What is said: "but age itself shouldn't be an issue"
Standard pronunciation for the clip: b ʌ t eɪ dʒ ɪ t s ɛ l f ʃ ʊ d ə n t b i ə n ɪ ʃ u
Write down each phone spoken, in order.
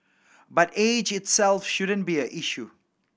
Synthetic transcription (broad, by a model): b ʌ t eɪ dʒ ɪ t s ɛ l f ʃ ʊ d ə n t b i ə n ɪ ʃ u